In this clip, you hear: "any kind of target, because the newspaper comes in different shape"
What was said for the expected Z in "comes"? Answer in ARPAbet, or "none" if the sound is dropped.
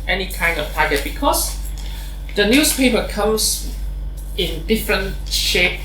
S